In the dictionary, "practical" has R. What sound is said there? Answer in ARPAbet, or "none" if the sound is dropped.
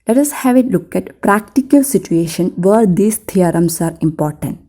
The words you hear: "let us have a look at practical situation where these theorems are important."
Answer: R